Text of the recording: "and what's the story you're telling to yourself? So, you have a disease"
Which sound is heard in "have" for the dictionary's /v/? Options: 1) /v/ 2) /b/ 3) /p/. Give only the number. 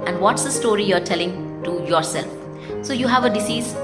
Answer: 1